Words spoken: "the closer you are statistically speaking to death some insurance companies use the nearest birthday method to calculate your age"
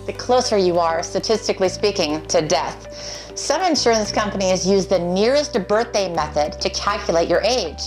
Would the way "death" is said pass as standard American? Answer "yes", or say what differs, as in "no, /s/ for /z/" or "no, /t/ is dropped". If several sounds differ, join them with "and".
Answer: yes